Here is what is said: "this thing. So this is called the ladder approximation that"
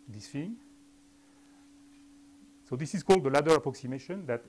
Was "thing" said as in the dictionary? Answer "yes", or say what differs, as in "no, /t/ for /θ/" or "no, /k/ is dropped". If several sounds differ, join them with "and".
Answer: no, /f/ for /θ/